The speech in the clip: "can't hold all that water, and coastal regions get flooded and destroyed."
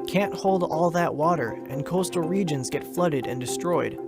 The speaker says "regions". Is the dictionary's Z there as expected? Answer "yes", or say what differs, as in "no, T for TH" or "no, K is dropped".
yes